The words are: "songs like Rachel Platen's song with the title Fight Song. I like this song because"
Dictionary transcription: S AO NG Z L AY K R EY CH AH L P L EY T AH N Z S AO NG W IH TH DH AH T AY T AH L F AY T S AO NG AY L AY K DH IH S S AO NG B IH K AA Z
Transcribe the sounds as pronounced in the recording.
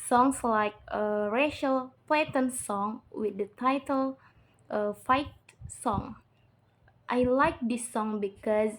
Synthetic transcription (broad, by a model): S AO NG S L AY K R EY SH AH L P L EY T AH N S AO NG W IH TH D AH T AY T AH L F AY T S AO NG AY L AY K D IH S S AO NG B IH K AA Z